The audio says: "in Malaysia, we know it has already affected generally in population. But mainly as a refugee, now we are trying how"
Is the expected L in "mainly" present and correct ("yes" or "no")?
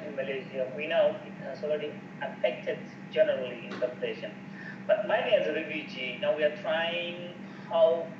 no